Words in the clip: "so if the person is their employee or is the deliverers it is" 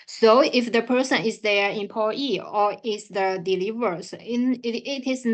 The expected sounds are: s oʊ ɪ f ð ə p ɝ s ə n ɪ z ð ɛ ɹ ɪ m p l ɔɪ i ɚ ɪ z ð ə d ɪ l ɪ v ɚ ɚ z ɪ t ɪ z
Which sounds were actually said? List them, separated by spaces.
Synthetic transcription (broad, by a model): s oʊ ɪ f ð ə p ɝ s ə n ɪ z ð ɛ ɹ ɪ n p ɔɪ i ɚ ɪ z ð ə d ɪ l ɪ v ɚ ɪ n ɪ t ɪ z